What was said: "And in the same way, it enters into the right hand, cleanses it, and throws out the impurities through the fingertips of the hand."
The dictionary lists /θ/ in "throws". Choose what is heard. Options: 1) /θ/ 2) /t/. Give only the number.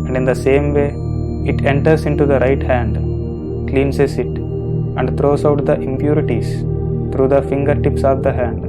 2